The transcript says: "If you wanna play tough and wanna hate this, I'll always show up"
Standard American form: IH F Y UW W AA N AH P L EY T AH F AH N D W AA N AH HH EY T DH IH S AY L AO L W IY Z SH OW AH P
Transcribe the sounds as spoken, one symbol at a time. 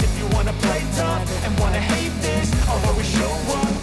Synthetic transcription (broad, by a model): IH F Y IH W AA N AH P L EY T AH P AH N W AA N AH HH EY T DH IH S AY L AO W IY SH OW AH